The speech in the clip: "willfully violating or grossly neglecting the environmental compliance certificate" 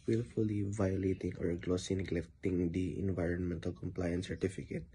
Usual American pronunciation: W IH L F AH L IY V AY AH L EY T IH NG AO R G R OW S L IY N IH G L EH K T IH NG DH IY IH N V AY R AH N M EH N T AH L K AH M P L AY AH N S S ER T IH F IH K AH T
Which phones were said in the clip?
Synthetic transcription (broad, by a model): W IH L F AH L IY V AY AH L EY T IH NG AO R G L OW S IY N IH G L EH K T IH NG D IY IH N V AY R AH N M EH N T AH L K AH M P L AY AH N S S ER T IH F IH K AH T